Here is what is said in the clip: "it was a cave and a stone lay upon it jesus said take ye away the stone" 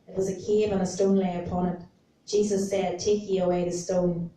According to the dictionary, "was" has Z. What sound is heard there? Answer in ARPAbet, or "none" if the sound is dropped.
Z